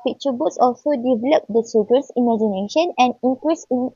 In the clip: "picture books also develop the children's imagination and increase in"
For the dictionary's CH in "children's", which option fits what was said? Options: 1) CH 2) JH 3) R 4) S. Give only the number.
4